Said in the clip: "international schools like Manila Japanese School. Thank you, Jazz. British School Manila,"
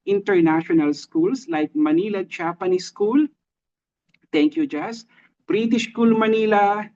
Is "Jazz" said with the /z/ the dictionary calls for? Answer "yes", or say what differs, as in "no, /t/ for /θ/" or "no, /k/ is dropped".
no, /s/ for /z/